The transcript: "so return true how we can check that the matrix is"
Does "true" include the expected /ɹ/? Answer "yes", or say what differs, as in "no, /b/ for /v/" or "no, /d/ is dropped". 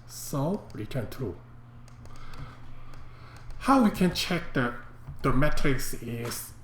no, /ɹ/ is dropped